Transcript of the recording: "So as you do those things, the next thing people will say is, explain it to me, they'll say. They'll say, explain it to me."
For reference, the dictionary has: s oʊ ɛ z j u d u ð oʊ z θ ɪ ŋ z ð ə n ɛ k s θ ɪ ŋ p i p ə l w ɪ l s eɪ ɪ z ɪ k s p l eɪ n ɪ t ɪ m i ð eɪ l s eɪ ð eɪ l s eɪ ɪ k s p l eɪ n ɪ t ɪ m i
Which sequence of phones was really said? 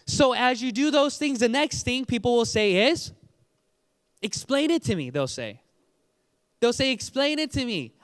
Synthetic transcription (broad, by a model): s oʊ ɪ z j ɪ d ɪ ð oʊ z θ ɪ ŋ z ð ə n ɛ k s θ ɪ ŋ p i p l w ɪ l s eɪ ɪ z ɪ k s p l eɪ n ɪ t ɪ m i ð eɪ l s eɪ ð eɪ l s eɪ ɪ k s p l eɪ n ɪ t ɪ m i